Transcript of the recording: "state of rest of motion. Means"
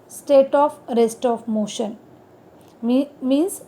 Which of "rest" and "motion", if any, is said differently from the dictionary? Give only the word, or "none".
none